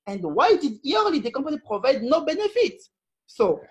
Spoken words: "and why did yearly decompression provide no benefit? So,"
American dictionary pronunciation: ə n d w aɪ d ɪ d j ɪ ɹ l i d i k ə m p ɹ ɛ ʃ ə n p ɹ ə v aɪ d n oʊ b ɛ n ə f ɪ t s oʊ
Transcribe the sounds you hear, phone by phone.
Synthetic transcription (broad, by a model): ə n d w aɪ d ɪ d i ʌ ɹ l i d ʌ k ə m p ɑ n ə p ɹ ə v aɪ d n oʊ b ɛ n ə f ɪ t s oʊ